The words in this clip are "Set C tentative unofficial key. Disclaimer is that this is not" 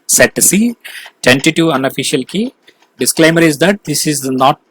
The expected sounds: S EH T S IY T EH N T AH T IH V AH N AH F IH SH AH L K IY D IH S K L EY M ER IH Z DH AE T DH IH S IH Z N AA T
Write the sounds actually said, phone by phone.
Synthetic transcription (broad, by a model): S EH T S IY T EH N T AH T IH AH N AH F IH SH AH L K IY D IH S K L EY M ER IH Z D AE T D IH S IH Z N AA T